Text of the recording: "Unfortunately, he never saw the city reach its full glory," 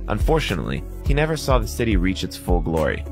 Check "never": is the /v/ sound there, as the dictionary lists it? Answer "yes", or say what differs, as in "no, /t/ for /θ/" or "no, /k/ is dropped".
yes